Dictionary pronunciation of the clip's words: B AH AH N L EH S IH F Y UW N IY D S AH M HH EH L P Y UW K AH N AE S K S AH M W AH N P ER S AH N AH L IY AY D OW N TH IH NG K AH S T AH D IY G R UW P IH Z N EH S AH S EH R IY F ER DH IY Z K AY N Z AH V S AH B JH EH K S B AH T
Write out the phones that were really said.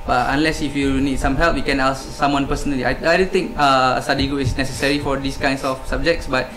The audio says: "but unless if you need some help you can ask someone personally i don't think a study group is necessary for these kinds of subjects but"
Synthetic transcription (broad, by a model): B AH AH N L EH S IH F Y UW N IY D S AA M HH EH L P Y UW K AH N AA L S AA M W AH N P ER S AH N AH L IY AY D OW N T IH NG K AH S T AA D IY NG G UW IH S N EH S AH S EH R IY F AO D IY S K AY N S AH F S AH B JH EH K S B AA T